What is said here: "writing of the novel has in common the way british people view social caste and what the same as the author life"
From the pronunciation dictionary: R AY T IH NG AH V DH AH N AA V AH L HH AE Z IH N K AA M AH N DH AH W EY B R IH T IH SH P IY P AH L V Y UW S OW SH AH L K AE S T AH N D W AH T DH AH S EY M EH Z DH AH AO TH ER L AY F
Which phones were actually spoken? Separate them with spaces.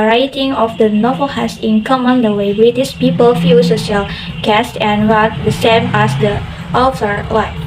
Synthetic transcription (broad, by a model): R AY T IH NG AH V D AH N AA V AH L HH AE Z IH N K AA M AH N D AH W EY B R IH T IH S P IY P AH L F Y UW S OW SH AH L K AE S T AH N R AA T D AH S EY M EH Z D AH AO T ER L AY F